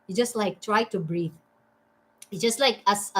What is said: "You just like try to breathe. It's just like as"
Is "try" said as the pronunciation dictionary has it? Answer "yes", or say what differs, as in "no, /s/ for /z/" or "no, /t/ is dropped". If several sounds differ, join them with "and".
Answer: yes